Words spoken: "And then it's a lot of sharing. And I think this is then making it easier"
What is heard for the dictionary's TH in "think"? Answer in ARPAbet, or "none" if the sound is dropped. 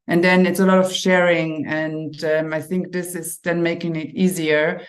TH